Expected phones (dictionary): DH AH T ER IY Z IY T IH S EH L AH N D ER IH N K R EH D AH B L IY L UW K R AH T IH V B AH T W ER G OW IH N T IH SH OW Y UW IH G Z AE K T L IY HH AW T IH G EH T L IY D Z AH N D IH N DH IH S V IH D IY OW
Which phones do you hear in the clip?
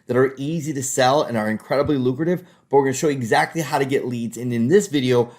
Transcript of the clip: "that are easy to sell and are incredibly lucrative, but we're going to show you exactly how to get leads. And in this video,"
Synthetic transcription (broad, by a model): DH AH T ER IY Z IY T IH S EH L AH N ER IH N K R EH D AH B L IY L UW K R AH T IH V B AH T W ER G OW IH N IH SH OW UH IH G Z AE K T L IY HH AW T IH G EH T L IY D Z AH N IH N DH IH S V IH D IY OW